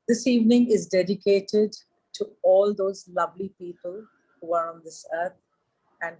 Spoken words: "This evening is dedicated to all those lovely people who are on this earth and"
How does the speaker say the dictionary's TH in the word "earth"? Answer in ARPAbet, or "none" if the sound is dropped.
T